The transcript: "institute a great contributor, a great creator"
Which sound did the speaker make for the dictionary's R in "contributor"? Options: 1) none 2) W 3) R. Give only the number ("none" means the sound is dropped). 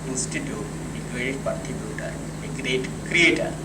1